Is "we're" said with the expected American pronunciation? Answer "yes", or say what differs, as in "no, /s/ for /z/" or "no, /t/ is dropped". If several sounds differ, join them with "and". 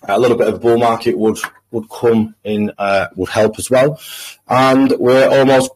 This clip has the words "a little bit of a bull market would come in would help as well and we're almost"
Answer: yes